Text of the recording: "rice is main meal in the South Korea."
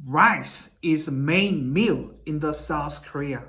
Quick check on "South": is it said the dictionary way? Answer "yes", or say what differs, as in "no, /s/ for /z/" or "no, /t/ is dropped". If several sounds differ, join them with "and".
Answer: yes